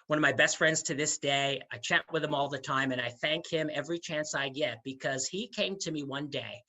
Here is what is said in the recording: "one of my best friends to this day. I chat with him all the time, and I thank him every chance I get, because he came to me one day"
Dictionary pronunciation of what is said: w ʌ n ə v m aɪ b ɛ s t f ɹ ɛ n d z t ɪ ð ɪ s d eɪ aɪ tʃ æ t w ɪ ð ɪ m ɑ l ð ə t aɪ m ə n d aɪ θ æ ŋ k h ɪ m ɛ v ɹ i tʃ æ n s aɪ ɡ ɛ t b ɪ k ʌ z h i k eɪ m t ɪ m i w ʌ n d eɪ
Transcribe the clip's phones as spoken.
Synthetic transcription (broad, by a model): w ʌ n ə v m aɪ b ɛ s t f ɹ ɛ n d z t ɪ ð ɪ s d eɪ aɪ tʃ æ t w ɪ ð ɪ m ɑ l ð ə t aɪ m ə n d aɪ θ æ ŋ k h ɪ m ɛ v ɹ i tʃ æ n s aɪ ɡ ɛ t b ɪ k ʌ z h i k eɪ m t ɪ m i w ʌ n d eɪ